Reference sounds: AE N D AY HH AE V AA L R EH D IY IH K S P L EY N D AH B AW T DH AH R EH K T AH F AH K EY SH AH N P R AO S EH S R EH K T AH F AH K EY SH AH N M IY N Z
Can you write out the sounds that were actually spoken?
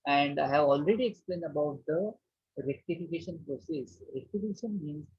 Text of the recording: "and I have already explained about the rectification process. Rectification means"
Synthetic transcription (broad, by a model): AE N D AY HH AE V AA L R EH D IY IH K S P L EY N D AH B AW T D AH R EH K T AH F AH K EY SH AH N P R AO S EH S R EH K T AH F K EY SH AH N M IY N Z